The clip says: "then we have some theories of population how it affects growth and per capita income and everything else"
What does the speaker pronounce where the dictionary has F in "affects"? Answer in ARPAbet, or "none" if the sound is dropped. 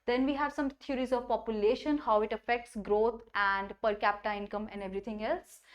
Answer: F